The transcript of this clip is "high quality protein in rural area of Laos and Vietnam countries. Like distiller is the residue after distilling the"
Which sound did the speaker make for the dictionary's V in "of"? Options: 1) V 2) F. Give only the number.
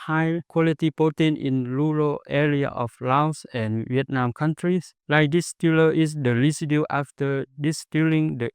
2